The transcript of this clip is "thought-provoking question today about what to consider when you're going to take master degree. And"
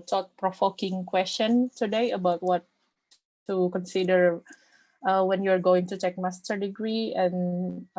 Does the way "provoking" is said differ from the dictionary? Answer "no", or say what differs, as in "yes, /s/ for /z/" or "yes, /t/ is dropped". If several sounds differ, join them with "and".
yes, /f/ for /v/